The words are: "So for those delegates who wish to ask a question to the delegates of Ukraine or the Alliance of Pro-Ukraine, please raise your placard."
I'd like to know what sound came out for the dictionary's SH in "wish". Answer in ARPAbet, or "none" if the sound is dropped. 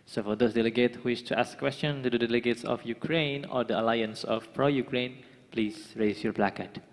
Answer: S